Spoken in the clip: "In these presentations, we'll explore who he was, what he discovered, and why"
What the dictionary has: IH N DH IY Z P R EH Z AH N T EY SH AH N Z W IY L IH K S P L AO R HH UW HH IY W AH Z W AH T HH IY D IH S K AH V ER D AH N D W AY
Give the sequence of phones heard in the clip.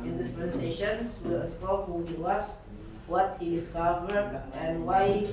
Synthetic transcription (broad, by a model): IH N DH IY S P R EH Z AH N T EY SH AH N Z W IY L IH S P AO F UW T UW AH S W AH T HH IY D IH S K AH V ER D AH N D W AY